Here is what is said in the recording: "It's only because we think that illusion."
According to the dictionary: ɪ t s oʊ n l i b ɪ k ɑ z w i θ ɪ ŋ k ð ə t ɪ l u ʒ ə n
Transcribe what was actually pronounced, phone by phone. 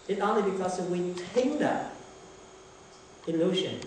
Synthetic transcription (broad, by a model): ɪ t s oʊ n l i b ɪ k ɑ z w i t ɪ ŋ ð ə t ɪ l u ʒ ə n